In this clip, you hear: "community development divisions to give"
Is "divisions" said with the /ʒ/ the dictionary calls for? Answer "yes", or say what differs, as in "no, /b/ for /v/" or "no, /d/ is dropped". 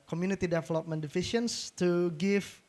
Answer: no, /ʃ/ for /ʒ/